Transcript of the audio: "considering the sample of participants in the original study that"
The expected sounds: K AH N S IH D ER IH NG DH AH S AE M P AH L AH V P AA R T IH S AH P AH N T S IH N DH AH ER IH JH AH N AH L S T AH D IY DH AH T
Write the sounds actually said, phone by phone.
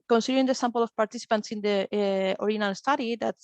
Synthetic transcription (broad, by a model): K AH N S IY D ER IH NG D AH S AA M P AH L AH F P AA R T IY S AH P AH N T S IH N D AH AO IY AH N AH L S T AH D IY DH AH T